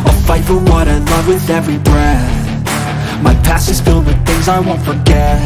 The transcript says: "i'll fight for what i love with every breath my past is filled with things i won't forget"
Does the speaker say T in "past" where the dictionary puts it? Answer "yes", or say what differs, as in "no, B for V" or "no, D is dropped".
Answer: no, T is dropped